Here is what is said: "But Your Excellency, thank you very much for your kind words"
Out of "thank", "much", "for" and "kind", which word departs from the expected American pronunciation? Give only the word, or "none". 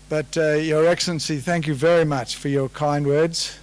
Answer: none